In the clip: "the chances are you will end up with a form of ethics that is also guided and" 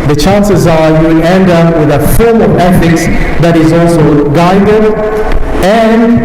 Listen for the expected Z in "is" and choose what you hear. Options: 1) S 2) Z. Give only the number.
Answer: 2